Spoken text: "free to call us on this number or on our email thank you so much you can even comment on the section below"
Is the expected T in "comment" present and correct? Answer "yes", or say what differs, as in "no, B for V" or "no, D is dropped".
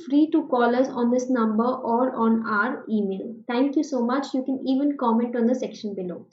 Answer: yes